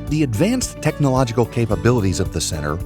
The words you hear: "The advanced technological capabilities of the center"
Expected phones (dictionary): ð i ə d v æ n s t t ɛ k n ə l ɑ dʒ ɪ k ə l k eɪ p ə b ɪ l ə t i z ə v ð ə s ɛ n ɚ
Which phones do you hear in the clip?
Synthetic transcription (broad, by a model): ð i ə d v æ n s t t ɛ k n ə l ɑ dʒ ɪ k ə l k eɪ p ə b ɪ l ə t i z ə v ð ə s ɛ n ɚ